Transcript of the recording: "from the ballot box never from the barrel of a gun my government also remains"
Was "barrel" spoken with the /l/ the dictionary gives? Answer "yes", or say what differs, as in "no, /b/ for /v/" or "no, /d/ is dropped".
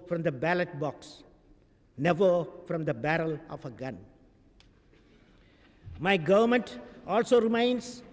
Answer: yes